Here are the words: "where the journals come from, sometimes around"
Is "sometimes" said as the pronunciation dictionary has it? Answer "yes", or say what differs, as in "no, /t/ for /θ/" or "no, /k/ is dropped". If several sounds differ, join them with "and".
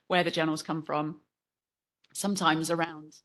yes